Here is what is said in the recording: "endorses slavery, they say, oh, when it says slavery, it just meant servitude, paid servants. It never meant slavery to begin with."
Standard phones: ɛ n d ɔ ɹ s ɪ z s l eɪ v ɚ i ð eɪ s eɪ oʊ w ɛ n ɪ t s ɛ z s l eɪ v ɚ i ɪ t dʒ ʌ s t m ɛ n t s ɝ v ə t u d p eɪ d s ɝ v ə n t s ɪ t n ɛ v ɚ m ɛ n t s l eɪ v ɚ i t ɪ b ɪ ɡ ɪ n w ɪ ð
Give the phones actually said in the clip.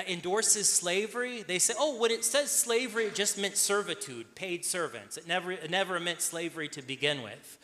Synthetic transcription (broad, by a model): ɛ n d ɔ ɹ s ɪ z s l eɪ v ɚ i ð eɪ s eɪ oʊ w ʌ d ɪ t s ɛ z s l eɪ v ɚ i ɪ t dʒ ʌ s t m ɛ n t s ɝ v ə t u d p eɪ d s ɝ v ə n t s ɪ t n ɛ v ɚ m ɛ n t s l eɪ v ɚ i t ɪ b ɪ ɡ ɪ n w ɪ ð